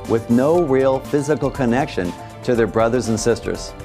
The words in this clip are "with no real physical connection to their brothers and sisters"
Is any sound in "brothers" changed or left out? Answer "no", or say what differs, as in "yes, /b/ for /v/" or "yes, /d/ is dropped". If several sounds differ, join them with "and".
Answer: no